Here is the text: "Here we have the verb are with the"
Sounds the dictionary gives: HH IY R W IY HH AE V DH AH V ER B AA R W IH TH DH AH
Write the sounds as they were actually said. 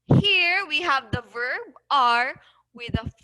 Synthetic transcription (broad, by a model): HH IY R W IY HH AE V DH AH V ER B AA R W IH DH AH